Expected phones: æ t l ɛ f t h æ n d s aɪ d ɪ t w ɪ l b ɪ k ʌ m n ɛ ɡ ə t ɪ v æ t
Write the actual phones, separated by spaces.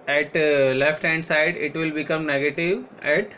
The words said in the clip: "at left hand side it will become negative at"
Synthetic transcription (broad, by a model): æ t l ɛ f t h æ n d s aɪ d ɪ t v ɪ l b ɪ k ʌ m n ɛ ɡ ə t ɪ v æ t